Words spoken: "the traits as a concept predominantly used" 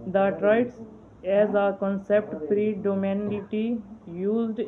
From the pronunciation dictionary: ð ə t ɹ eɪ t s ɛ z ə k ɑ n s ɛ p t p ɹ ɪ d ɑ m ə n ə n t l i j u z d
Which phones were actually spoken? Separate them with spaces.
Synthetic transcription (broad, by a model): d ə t ɹ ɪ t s ɛ z ə k ɑ n s ɛ p t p ɹ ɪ d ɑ m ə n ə t i j u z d